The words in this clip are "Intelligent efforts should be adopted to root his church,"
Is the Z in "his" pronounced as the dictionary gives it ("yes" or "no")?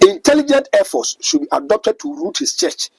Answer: no